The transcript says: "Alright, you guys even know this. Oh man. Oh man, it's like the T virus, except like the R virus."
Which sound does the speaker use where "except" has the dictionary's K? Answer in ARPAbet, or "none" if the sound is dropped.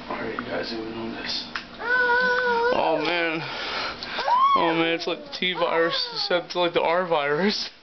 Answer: none